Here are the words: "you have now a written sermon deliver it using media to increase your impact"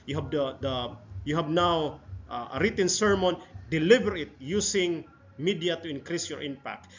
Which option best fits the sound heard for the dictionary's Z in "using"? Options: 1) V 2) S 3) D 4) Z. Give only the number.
2